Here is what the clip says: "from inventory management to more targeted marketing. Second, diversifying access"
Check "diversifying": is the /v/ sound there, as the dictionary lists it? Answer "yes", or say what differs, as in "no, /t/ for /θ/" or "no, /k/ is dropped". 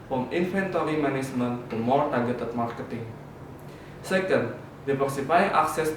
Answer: no, /p/ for /v/